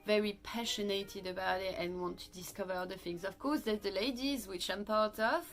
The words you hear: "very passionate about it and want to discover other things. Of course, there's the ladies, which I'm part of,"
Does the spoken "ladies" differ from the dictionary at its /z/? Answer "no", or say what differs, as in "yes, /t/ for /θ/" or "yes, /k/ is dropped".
no